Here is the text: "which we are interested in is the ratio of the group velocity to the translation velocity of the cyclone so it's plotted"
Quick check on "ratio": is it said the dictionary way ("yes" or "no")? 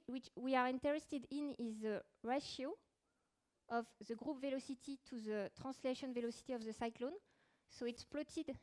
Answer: yes